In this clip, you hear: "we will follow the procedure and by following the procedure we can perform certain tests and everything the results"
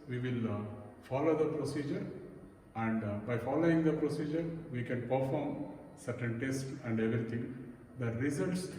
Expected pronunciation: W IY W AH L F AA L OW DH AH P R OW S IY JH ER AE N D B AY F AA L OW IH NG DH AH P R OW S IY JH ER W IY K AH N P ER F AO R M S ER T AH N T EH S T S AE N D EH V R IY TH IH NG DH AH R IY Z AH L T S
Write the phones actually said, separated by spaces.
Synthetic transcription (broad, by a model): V IY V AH L F AA L OW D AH P R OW S IY JH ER AE N D B AY F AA L OW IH NG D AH P R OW S IY JH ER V IY K AH N P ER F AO R M S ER T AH N T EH S T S AE N D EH V R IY T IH NG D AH R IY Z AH L T S